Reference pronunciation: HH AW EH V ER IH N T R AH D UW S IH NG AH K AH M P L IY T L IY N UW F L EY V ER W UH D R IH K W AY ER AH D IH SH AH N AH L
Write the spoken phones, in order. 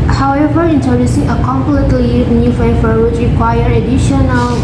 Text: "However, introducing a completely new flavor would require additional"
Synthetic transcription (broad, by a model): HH AW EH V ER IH N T AH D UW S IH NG AH K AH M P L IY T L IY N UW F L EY F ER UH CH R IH K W AY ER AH D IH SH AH N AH L